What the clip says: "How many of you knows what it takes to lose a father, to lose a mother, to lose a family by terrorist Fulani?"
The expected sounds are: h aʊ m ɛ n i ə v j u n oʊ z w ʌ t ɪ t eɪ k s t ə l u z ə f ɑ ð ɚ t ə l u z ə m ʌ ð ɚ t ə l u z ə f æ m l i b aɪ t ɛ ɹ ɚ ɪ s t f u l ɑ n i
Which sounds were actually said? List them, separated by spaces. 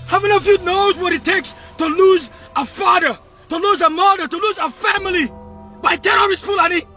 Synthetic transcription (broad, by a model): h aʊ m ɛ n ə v j u n oʊ z w ʌ t ɪ t eɪ k s t ə l u z ə f ɑ ð ɚ t ə l u z ə m ʌ ð ɚ t ə l u z ə f æ m l i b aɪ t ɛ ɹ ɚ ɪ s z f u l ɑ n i